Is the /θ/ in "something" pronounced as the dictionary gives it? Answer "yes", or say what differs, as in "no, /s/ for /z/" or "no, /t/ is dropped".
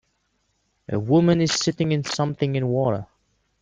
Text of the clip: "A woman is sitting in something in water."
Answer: yes